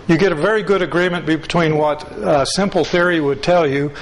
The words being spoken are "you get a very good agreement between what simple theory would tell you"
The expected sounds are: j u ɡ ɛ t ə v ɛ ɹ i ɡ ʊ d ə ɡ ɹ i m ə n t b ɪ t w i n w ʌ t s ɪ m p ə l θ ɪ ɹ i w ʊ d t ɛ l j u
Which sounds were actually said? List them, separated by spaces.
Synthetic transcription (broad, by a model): j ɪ ɡ ɛ t ə v ɛ ɹ i ɡ ʊ d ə ɡ ɹ i m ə n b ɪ t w i n w ʌ t s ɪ m p l θ ɪ ɹ i w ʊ d t ɛ l j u